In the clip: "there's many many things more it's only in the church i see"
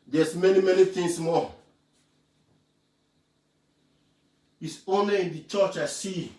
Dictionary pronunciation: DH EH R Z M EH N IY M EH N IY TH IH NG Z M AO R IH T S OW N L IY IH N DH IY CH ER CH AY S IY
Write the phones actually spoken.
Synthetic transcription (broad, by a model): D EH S M EH N IY M EH N IY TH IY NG S M AO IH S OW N IY IH N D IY CH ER CH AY S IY